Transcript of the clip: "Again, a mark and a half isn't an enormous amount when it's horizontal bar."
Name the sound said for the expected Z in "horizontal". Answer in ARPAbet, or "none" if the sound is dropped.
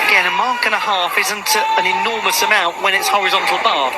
Z